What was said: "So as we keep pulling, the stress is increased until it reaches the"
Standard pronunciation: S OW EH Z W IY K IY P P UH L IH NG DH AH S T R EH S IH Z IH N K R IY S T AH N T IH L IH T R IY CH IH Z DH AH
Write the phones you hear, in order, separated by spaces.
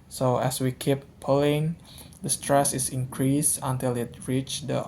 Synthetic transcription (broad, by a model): S OW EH S W IY K IY P P UH L IH NG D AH S T R EH S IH S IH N K R IY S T AH N T IH L IH T R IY CH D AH